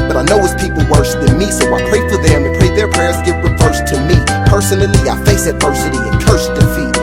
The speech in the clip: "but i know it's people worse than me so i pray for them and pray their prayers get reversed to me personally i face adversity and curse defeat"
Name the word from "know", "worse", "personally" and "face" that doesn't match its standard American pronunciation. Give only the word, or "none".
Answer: worse